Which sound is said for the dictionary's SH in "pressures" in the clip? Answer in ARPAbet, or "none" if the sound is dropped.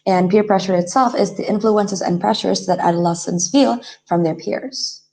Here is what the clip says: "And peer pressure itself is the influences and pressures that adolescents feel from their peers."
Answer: SH